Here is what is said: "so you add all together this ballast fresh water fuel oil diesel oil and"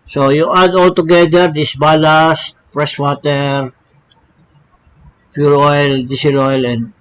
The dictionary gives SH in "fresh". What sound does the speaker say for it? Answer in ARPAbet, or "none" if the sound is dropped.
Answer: S